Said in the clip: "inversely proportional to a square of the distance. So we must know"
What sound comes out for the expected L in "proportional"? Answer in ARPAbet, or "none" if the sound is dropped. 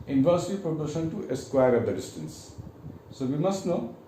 N